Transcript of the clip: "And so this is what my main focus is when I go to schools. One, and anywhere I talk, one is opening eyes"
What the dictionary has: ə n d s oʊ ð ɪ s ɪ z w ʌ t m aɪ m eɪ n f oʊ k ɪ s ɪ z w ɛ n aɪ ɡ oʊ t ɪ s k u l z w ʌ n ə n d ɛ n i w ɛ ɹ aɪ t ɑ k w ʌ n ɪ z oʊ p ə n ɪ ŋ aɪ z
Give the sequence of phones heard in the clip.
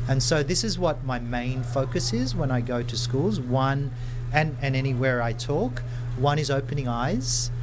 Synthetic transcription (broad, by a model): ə n s oʊ ð ɪ s ɪ z w ʌ t m aɪ m eɪ n f oʊ k ɪ s ɪ z w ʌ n aɪ ɡ oʊ t ɪ s k u l z w ʌ n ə n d ɛ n i w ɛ ɹ aɪ t ɑ k w ʌ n ɪ z oʊ p ə n ɪ ŋ aɪ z